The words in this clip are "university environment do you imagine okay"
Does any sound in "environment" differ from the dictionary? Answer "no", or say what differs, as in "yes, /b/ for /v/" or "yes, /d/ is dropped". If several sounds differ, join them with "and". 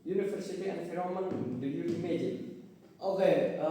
yes, /f/ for /v/ and /n/ is dropped